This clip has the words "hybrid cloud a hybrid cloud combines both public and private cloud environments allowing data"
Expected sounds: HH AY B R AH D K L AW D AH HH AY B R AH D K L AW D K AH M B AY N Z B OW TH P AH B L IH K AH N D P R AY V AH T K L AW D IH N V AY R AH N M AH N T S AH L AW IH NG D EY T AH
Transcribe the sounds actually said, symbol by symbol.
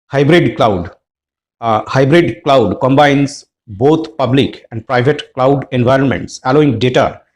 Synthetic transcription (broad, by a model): HH AY B R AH D K L AW D HH AY B R AH D K L AW D K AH M B AY N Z B OW T P AH B L IH K AH N D P R AY V AH T K L AW D IH N V AY R AH N M AH N T S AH L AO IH NG D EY T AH